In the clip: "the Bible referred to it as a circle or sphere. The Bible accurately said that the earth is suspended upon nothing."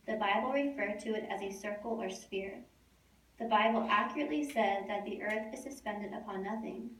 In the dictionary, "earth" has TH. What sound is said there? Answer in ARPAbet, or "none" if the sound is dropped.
TH